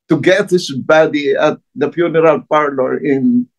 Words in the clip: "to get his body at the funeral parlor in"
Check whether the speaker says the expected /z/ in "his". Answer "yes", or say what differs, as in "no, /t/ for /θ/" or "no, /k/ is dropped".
no, /s/ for /z/